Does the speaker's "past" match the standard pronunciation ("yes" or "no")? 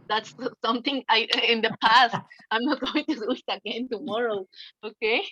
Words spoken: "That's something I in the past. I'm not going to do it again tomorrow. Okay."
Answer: yes